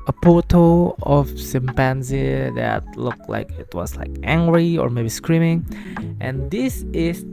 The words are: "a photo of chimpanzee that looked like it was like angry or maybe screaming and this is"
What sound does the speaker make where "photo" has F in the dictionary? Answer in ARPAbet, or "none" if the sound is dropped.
P